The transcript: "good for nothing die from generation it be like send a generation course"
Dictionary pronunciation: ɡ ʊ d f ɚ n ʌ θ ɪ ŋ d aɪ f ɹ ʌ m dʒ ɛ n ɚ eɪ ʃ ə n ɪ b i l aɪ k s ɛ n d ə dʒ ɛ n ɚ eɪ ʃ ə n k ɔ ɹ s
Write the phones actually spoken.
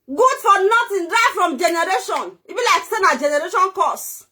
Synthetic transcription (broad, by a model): ɡ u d f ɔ n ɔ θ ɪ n d aɪ f ɹ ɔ m dʒ ɛ n ɚ eɪ ʃ ə n ɪ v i l aɪ k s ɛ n ə dʒ ɛ n ɚ eɪ ʃ ə n k ɔ s